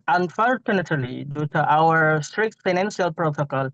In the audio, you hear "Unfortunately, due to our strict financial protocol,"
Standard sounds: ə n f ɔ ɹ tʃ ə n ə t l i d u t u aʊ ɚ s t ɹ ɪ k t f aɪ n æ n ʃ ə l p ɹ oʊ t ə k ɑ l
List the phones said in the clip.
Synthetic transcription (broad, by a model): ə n f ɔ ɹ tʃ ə n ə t l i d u t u aʊ ɚ s t ɹ ɪ k t f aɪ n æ n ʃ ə l p ɹ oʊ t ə k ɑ l